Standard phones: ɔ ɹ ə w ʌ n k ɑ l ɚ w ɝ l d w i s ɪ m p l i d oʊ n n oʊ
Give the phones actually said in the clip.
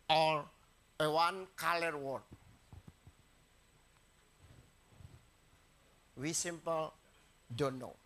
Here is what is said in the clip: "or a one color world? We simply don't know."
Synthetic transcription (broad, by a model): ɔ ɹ ə w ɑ n k ɑ l ɚ w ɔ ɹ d w i s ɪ m p l d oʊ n n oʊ